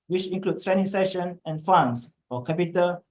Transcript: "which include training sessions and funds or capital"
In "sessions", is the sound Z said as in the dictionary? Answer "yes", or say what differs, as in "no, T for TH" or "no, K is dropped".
no, Z is dropped